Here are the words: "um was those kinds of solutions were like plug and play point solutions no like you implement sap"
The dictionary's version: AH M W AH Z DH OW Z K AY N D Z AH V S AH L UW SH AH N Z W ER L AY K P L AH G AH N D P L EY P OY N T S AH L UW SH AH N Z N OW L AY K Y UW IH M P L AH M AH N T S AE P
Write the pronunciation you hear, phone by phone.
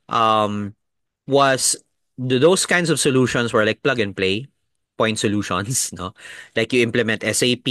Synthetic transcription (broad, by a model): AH M W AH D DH OW S K AY N D S AH V S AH L UW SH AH N S W ER L AY K P L AH G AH N P L EY P OY N T S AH L UW SH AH N S N OW L AY K Y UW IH M P L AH M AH N T S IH P